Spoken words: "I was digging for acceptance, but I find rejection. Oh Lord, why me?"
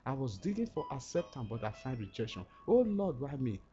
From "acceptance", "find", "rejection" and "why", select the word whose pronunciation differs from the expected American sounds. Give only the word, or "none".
acceptance